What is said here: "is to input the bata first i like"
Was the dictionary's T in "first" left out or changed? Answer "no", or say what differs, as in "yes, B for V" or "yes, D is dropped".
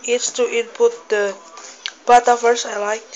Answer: yes, T is dropped